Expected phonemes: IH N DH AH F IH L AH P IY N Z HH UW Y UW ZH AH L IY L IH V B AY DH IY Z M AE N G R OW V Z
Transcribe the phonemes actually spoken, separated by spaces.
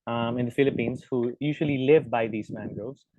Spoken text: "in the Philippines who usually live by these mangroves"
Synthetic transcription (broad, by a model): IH N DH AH F IH L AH P IY N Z HH UW Y UW ZH AH L IY L IH V B AY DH IY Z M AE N G R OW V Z